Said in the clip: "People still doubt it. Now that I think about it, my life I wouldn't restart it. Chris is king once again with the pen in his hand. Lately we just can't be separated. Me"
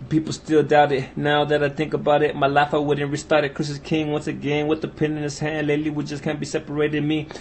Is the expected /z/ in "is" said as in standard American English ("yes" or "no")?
no